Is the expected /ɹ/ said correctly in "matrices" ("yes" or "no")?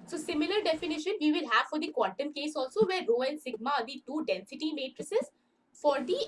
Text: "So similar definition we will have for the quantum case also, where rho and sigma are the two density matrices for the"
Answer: yes